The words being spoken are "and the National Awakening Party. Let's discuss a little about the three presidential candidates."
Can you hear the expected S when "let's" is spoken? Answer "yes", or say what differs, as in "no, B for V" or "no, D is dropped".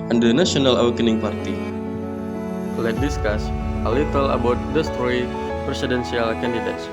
no, S is dropped